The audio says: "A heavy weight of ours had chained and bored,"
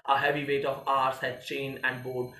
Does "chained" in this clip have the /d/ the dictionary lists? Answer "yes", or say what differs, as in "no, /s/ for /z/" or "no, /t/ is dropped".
no, /d/ is dropped